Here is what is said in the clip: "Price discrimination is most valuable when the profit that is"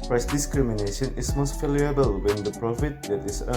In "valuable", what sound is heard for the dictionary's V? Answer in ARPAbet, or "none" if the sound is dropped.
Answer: F